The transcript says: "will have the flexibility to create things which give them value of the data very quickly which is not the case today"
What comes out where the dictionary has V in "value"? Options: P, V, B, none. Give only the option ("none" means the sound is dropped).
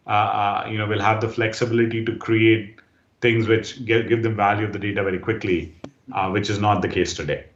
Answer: V